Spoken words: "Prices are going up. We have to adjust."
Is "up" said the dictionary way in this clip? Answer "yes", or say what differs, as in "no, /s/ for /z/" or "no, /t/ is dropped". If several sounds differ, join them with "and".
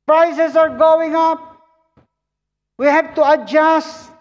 yes